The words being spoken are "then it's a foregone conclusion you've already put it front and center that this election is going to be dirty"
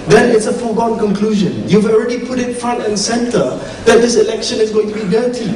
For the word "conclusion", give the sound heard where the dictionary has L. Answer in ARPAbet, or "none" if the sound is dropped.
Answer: L